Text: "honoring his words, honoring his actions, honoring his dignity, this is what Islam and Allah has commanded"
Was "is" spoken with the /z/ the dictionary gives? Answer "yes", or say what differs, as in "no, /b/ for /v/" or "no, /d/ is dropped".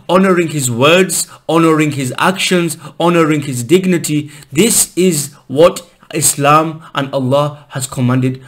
yes